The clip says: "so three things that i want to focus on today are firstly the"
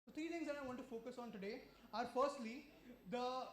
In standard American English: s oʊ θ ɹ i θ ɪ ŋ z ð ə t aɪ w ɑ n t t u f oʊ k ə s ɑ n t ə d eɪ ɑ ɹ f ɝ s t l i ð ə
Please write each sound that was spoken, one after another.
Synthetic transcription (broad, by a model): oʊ t ɹ i t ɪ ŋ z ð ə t aɪ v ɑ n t t u f oʊ k ə s ɑ n t ə d eɪ ɑ ɹ f ɝ s t l i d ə